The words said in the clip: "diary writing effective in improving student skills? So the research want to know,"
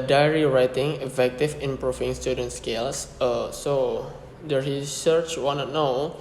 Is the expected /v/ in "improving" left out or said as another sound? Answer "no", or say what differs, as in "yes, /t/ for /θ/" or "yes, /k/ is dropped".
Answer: yes, /f/ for /v/